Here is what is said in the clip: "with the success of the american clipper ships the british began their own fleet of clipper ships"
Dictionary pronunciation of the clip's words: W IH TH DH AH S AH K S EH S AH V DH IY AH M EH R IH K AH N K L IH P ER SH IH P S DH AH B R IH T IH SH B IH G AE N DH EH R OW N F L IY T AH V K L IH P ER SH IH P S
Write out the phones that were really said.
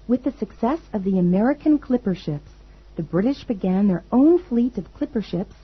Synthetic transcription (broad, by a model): W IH DH AH S AH K S EH S AH V DH IY AH M EH R IH K AH N K L IH P ER SH IH P S DH AH B R IH T IH SH B IH G AE N DH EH R OW N F L IY T AH V K L IH P ER SH IH P S